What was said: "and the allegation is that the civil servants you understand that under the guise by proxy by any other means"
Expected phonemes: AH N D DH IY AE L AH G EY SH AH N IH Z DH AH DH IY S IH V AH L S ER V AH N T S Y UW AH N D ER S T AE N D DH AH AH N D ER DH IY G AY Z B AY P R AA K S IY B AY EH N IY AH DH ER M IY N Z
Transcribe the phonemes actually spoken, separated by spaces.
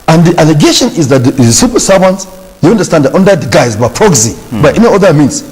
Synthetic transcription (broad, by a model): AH N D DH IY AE L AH G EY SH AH N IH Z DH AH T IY S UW P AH S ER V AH N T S Y UW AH N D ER S T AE N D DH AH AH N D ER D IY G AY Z B AY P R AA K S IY B AY EH N IY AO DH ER M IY N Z